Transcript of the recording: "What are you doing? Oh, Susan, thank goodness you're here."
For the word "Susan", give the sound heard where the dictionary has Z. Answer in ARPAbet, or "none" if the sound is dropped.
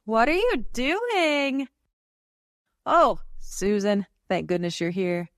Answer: Z